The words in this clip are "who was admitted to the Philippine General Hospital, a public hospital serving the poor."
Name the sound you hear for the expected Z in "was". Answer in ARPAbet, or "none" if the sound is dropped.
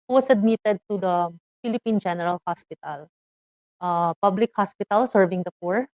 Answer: S